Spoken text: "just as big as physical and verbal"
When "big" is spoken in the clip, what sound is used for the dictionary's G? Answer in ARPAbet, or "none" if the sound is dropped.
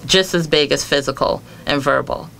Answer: G